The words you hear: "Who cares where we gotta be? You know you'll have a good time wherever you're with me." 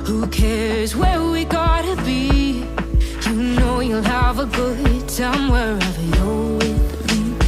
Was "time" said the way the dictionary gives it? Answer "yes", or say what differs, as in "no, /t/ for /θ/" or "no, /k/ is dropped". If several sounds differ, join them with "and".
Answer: no, /s/ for /t/